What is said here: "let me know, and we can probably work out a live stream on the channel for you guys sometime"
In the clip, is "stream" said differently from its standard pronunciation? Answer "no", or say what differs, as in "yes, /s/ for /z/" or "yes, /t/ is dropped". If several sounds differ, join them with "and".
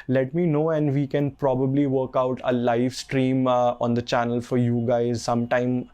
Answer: no